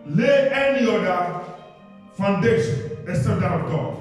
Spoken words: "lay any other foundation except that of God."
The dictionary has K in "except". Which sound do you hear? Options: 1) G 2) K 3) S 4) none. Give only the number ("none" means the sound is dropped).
4